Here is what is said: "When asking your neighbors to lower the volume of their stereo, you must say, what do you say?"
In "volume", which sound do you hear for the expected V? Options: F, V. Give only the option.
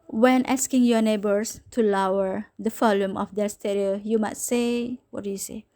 F